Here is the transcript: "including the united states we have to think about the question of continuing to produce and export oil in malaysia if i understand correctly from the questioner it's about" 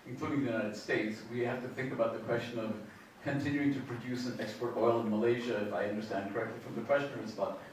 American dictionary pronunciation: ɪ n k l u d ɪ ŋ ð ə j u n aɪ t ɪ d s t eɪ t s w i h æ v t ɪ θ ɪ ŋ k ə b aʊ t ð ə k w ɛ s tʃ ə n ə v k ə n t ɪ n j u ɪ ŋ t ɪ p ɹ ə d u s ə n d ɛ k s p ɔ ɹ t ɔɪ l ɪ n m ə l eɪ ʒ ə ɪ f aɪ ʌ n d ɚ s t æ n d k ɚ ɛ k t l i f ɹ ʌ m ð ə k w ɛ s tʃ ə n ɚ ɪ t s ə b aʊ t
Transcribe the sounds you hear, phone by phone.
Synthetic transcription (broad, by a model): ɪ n k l u d ɪ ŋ ð ə j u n aɪ t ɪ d s t eɪ t s w i h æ f t ɪ θ ɪ ŋ k ə b aʊ t ð ə k w ɛ s tʃ ə n ə v k ə n t ɪ n j u ɪ ŋ t ɪ p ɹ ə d u s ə n ɛ k s p ɔ ɹ t ɔɪ l ɪ n m ə l eɪ ʒ ə ɪ f aɪ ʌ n d ɚ s t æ n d k ɚ ɛ k t l i f ɹ ʌ m ð ə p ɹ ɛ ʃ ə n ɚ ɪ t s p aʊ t